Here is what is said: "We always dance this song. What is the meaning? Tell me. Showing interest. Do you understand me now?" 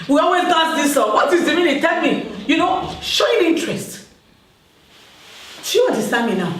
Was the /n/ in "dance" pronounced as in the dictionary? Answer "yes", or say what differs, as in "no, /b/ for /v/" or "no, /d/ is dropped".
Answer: no, /n/ is dropped